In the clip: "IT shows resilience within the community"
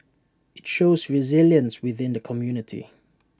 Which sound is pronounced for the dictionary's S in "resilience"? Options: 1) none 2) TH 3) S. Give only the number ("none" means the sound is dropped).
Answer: 3